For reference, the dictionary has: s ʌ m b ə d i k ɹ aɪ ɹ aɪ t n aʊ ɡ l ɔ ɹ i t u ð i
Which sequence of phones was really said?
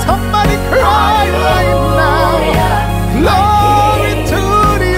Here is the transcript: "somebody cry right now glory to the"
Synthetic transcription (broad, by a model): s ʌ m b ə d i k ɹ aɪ l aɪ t n aʊ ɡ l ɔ i t u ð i